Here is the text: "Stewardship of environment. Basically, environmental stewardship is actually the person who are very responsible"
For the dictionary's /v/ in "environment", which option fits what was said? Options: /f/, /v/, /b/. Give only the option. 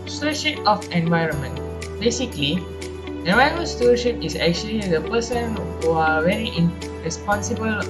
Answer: /v/